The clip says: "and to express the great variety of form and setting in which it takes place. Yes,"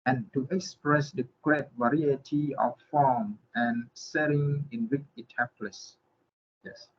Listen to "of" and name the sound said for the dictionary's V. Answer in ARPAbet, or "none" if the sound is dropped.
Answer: F